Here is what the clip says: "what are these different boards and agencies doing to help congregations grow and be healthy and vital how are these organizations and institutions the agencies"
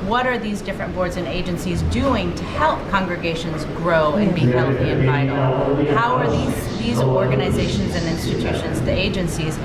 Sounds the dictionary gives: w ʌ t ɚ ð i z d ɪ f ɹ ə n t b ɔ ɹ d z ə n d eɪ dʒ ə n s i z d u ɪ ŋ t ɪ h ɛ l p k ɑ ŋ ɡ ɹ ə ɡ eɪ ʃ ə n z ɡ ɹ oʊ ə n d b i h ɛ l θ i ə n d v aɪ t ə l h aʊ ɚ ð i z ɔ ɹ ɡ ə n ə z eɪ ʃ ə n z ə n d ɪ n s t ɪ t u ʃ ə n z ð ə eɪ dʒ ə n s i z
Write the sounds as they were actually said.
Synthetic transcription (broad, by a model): w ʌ t ɚ ð i z d ɪ f ɹ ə n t b ɔ ɹ d z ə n eɪ dʒ ə n s i z d u ɪ ŋ t ɪ h ɛ l p k ɑ ŋ ɡ ɹ ə ɡ eɪ ʃ ə n z ɡ ɹ oʊ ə n b i h ɛ l θ i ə n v aɪ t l h aʊ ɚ ð i z ɔ ɹ ɡ ə n ə z eɪ ʃ ə n z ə n ɪ n s t ɪ t u ʃ ə n z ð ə eɪ dʒ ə n s i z